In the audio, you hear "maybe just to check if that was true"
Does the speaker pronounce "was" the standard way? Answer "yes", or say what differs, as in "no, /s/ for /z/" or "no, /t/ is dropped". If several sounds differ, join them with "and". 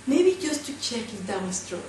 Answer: no, /s/ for /z/